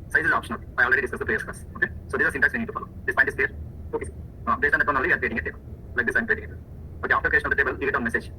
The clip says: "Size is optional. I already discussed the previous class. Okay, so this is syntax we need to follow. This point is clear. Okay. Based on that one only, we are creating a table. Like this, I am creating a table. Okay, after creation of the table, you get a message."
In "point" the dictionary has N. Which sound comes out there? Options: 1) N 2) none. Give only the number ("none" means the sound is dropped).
2